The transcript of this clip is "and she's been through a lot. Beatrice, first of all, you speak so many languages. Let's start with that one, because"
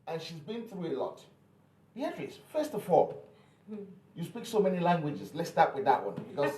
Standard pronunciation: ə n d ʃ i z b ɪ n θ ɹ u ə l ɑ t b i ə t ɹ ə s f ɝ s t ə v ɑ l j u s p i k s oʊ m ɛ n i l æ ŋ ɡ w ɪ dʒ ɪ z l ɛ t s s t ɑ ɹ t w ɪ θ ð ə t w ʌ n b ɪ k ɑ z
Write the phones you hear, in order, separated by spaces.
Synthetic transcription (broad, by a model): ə n ʃ i z b ɪ n θ ɹ u ə l ɑ t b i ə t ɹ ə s f ɝ s t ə f ɑ l j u s p i k s oʊ m ɛ n i l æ ŋ ɡ w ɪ dʒ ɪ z l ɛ t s s t ɑ ɹ t w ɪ ð ə t w ʌ n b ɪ k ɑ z